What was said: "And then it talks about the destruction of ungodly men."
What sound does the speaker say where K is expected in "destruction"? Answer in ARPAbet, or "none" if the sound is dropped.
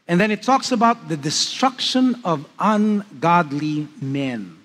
K